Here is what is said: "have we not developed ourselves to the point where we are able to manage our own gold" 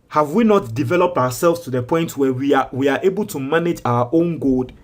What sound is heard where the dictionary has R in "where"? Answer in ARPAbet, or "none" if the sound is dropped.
W